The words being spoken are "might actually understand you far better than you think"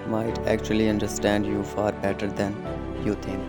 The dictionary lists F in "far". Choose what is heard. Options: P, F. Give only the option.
F